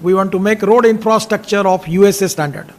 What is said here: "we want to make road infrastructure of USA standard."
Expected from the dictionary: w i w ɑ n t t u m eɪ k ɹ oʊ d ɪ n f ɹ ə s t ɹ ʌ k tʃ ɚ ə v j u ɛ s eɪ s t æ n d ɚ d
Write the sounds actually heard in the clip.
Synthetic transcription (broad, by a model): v i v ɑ n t t u m eɪ k ɹ oʊ d ɪ n f ɹ ə s t ɹ ʌ k tʃ ɚ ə f j u ɛ s eɪ s t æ n d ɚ d